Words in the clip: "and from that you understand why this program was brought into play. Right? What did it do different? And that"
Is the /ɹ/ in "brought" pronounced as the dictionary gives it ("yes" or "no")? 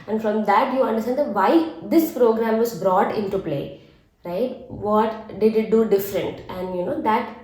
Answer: yes